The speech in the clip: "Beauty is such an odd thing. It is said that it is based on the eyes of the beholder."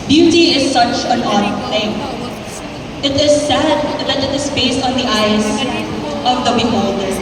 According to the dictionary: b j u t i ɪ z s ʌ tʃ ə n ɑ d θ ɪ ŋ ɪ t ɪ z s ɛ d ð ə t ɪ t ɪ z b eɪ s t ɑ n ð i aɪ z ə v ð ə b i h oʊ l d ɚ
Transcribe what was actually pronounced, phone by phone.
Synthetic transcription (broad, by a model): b j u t i ɪ z s ʌ tʃ ə n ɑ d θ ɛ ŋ ɪ t ɪ z s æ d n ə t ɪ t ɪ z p eɪ s ɑ n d i aɪ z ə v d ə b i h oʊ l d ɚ